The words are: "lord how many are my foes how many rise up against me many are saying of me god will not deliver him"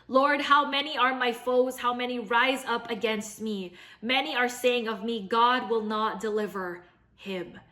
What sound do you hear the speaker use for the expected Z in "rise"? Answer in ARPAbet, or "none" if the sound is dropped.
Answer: Z